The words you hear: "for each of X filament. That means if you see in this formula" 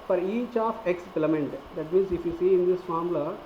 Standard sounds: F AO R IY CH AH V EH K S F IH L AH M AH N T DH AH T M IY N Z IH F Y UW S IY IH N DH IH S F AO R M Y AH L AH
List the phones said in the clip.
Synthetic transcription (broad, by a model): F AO R IY CH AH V EH K S P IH L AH M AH N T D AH T M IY N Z IH F Y UW S IY IH N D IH S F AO R M L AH